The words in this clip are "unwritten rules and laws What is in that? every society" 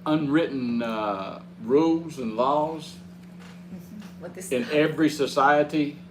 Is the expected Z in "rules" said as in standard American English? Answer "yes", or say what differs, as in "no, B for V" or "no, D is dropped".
yes